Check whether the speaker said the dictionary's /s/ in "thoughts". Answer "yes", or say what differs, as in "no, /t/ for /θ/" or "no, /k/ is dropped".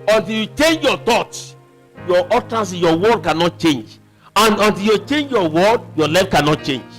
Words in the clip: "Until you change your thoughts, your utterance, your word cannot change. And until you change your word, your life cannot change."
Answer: no, /s/ is dropped